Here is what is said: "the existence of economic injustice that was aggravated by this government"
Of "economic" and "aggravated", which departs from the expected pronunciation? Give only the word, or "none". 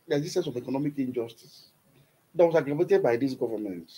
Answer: aggravated